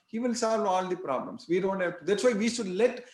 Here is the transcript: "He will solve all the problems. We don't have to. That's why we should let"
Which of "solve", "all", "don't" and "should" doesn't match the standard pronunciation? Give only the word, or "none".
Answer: none